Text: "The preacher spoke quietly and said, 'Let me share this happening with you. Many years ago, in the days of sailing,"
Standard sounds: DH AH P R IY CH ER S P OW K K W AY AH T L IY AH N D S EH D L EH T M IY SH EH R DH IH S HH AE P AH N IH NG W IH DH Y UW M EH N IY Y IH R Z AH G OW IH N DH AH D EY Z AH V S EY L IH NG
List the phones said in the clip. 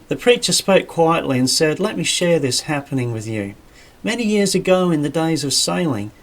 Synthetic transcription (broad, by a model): DH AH P R IY CH ER S P OW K K W AY AH T L IY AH N S EH D L EH T M IY SH EH R DH IH S HH AE P AH N IH NG W IH DH Y UW M EH N IY Y IH R Z AH G OW IH N DH AH D EY Z AH V S EY L IH NG